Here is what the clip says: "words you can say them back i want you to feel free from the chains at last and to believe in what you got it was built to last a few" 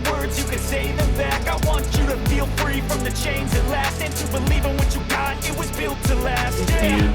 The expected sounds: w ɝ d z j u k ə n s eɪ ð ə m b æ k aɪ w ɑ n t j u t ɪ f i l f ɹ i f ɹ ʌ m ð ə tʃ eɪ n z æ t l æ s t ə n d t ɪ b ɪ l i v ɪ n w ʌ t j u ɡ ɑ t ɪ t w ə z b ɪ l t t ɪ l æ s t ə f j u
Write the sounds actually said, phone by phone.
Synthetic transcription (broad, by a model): w ɝ d z j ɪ k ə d s eɪ ð ə m b æ k aɪ w ɑ n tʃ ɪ t ɪ f i l f ɹ i f ɹ ʌ m ð ə tʃ eɪ n z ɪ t l æ s t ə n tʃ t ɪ b ɪ l i v ɪ n w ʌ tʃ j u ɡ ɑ t ɪ t w ə z b ɪ l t t ɪ l æ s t ə